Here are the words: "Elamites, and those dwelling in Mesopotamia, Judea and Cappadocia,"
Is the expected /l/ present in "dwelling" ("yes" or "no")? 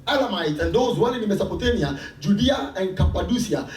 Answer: no